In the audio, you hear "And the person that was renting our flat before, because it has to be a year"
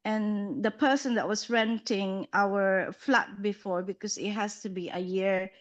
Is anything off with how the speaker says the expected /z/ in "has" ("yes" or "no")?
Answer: yes